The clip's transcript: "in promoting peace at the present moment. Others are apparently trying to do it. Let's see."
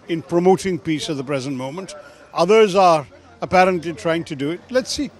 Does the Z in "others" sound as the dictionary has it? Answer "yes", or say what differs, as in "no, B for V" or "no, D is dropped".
yes